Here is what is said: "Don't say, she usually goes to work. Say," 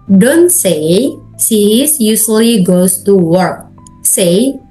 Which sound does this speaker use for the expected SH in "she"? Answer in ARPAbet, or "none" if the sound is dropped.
S